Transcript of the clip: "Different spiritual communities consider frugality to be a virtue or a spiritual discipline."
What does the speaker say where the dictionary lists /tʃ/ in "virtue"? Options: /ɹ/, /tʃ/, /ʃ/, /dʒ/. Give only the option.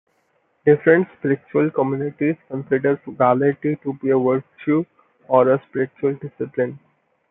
/ʃ/